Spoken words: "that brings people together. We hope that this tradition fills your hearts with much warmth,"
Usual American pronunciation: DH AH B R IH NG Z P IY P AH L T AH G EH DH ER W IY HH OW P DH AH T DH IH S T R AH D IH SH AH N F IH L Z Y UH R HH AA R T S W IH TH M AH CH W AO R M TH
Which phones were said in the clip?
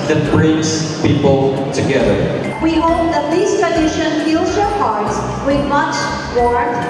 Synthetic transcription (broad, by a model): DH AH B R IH Z P IY P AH L T AH G EH DH ER W IY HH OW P DH AH T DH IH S T R AH D IH SH AH N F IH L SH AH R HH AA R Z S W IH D M AH CH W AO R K